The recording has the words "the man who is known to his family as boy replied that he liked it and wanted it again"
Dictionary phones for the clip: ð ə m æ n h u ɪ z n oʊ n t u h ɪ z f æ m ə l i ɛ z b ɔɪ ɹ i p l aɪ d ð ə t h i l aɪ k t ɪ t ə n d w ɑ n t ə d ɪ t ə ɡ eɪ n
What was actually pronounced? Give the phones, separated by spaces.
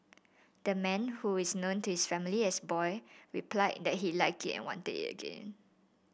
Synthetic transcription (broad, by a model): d ə m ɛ n h u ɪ s n oʊ n t u h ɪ s f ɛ m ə l i ɛ s b ɔɪ ɹ i p l aɪ d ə t h i l aɪ k ɪ t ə n w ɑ n t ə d ɪ t ə ɡ eɪ n